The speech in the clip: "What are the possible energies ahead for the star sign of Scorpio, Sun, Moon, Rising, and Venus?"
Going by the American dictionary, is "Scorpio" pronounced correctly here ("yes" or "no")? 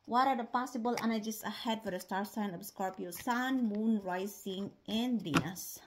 yes